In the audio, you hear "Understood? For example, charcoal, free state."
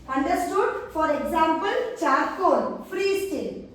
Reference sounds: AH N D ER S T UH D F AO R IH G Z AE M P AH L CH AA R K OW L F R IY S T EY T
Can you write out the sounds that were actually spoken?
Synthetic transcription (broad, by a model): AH N D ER S T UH D F AO R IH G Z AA M P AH L CH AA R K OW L F R IY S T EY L